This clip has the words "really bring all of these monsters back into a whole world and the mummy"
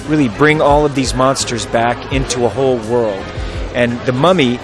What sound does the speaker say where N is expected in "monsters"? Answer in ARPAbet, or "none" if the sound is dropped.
N